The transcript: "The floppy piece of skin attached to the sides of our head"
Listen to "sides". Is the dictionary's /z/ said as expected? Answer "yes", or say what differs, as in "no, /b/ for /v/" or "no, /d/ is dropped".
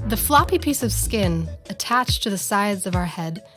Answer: yes